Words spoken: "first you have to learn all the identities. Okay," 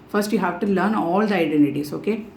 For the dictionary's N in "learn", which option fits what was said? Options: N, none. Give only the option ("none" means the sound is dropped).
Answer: N